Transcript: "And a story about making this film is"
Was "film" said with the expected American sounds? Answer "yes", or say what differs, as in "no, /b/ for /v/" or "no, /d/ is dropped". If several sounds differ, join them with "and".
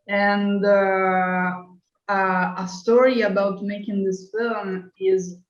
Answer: yes